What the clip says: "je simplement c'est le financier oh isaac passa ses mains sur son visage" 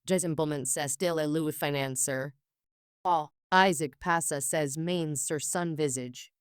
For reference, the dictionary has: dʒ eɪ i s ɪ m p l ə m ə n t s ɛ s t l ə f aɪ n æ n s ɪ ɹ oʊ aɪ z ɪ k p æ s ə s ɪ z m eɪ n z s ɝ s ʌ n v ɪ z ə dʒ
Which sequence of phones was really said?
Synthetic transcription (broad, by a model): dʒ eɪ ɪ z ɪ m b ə m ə n s ɛ s t l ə f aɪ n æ n s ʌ ɹ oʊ aɪ z ɪ k p æ s ə s ɪ z m eɪ n z s ɝ s ʌ n v ɪ z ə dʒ